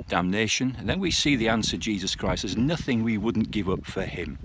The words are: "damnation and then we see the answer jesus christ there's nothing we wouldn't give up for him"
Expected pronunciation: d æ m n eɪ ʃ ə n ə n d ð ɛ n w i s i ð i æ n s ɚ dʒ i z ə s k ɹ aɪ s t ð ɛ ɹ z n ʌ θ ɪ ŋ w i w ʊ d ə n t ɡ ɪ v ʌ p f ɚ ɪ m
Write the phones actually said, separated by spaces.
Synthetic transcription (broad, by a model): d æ m n eɪ ʃ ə n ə n ð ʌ n w i s i ð i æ n s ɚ dʒ i z ə s k ɹ aɪ s t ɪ z n ʌ θ ɪ ŋ w i w ʊ d n ɡ ɪ v ʌ p f ɚ ɪ m